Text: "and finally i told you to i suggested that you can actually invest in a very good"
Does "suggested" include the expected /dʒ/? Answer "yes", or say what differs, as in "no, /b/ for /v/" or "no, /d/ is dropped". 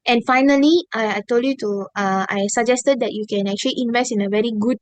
yes